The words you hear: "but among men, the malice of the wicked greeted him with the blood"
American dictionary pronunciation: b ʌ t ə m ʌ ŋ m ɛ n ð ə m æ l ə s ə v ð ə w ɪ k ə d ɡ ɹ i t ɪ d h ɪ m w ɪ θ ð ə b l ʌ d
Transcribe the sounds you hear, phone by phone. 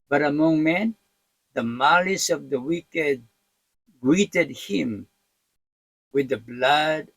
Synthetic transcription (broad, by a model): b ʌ t ə m ʌ ŋ m ɛ n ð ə m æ l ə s ə v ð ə w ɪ k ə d ɡ ɹ i t ɪ d h ɪ m w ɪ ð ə b l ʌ d